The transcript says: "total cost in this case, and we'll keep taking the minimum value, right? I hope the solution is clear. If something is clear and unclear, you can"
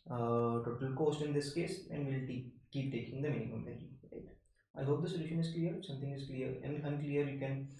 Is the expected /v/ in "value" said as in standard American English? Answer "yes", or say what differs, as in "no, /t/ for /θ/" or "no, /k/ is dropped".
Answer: no, /b/ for /v/